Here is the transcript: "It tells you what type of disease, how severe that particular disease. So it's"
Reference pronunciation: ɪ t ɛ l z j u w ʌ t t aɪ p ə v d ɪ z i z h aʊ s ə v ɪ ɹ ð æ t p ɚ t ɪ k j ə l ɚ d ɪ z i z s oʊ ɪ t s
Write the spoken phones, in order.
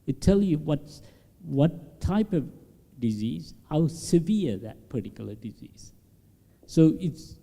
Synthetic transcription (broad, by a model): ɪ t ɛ l j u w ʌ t t aɪ p ə v d ɪ z i z h aʊ s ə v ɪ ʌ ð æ t p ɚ t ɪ k j l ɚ d ɪ z i z s oʊ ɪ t s